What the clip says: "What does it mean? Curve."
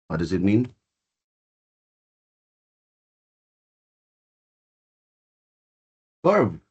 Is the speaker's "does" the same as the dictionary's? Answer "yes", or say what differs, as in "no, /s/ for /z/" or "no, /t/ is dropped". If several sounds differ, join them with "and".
yes